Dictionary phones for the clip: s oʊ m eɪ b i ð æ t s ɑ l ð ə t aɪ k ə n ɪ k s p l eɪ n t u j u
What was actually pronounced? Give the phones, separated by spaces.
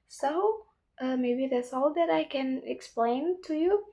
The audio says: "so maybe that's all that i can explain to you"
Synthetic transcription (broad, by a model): s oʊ m eɪ b i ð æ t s ɑ l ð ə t aɪ k ə n ɪ k s p l eɪ n t u j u